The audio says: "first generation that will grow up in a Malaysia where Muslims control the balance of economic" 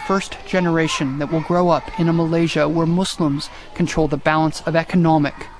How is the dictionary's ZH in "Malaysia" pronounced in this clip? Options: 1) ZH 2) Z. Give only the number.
1